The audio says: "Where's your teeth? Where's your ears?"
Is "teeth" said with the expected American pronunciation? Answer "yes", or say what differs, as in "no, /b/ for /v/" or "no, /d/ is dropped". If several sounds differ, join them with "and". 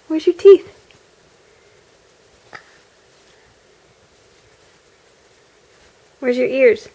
yes